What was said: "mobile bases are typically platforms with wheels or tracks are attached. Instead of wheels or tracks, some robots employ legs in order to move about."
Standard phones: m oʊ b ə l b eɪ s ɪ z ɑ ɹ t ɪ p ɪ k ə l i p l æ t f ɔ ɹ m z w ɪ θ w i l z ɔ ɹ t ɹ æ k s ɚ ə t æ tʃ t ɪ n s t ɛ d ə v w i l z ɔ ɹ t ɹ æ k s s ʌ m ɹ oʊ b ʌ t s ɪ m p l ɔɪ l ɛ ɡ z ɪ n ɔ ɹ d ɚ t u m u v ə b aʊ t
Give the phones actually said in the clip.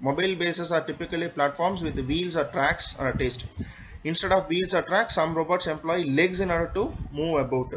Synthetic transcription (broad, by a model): m oʊ b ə l b eɪ s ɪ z ɑ ɹ t ɪ p ɪ k ə l i p l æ t f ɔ ɹ m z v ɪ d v i l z ɔ ɹ t ɹ æ k s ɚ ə t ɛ s t ɪ n s t ɛ d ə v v i l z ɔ ɹ t ɹ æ k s s ʌ m ɹ oʊ b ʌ t s ɪ m p l ɔɪ l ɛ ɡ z ɪ n ɔ ɹ d ɚ t u m u v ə b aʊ t